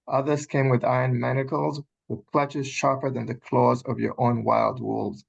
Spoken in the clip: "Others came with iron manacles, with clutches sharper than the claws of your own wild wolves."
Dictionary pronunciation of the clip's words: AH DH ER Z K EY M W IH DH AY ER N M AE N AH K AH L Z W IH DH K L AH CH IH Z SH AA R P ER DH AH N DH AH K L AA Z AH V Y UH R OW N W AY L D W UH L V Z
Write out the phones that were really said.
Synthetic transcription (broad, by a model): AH DH ER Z K EY M W IH DH AY ER N M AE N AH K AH L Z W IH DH K L AH CH IH Z SH AA R P ER DH AH N DH AH K L AA Z AH V Y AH R OW N W AY L D W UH L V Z